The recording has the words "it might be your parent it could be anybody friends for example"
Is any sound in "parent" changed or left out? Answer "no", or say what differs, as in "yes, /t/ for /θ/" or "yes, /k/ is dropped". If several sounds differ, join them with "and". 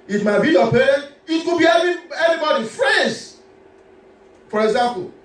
yes, /t/ is dropped